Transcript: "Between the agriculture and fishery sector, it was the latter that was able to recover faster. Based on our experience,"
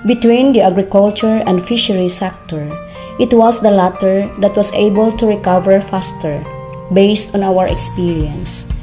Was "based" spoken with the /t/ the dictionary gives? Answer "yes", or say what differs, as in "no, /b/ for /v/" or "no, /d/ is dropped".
yes